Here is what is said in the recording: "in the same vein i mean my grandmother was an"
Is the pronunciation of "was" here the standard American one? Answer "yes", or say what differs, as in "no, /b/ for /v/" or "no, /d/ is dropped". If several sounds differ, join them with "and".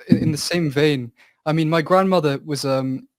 yes